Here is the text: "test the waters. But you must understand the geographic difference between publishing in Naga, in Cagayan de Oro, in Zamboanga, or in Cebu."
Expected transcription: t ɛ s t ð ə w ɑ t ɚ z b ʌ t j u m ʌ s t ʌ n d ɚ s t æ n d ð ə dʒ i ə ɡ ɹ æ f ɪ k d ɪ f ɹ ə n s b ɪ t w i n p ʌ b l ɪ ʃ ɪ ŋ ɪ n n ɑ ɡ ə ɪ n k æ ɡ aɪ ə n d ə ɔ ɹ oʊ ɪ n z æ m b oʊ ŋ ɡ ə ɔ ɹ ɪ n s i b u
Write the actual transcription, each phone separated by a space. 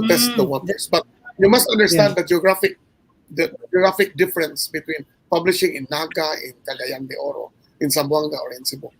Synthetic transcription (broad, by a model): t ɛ s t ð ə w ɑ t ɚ s b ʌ t j u m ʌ s t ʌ n d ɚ s t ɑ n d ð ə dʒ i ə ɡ ɹ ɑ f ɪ k d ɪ f ɹ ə n s b ɪ t w i n p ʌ b l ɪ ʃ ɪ ŋ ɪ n n ɑ ɡ ə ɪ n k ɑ ɡ aɪ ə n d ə ɔ ɹ oʊ ɪ n s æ m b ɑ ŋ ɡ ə ɔ ɹ ɪ n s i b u